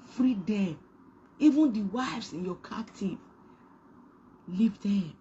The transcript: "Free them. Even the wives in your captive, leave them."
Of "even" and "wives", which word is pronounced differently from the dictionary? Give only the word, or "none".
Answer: wives